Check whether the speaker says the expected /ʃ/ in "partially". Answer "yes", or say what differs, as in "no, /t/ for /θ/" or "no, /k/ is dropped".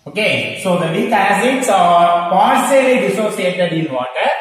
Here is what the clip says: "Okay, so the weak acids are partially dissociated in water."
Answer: no, /s/ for /ʃ/